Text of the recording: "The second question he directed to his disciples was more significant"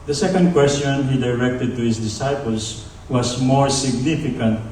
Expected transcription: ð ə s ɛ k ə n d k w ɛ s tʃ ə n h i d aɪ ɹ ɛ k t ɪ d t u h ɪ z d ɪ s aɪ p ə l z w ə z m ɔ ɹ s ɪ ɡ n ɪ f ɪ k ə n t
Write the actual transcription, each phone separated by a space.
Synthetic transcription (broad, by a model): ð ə s ɛ k ə n d k w ɛ s tʃ ə n h i d aɪ ɹ ɛ k t ɪ d t u h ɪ s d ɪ s aɪ p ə l s w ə s m ɔ ɹ s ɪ ɡ n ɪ f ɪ k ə n t